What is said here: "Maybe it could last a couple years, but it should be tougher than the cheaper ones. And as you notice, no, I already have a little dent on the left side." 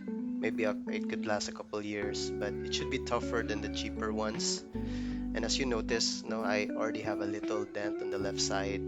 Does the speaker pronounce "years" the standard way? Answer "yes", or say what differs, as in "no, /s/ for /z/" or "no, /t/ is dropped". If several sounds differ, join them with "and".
no, /s/ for /z/